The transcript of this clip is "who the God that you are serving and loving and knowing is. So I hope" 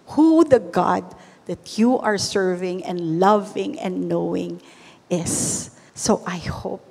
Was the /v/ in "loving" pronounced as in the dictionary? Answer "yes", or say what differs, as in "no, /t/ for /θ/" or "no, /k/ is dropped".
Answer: yes